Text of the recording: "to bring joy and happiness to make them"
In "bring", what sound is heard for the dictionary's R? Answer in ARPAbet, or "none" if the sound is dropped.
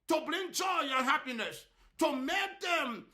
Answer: L